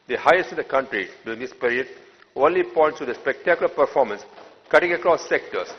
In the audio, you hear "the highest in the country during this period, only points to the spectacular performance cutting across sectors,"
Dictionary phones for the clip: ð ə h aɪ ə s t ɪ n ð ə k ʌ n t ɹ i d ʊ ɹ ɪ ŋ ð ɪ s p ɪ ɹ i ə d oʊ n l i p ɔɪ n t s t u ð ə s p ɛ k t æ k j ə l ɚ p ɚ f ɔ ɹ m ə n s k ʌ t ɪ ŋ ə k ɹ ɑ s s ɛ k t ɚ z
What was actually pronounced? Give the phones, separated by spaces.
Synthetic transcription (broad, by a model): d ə h aɪ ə s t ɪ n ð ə k ʌ n t ɹ i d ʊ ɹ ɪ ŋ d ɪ s p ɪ ɹ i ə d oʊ l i p ɔɪ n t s t u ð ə s p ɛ k t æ k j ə l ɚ p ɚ f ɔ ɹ m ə n s k ʌ t ɪ ŋ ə k ɹ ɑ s s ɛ k t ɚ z